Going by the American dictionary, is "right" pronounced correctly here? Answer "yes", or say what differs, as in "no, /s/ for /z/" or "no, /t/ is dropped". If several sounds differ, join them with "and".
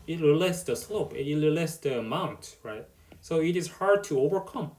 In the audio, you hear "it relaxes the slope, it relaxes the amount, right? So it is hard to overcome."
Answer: yes